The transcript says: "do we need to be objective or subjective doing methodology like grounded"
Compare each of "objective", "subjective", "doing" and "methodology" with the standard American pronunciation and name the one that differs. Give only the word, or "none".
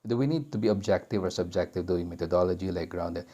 methodology